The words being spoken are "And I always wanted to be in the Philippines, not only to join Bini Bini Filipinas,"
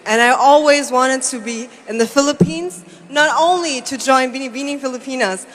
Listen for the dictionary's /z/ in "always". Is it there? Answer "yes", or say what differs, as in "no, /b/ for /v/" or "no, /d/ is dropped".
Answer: yes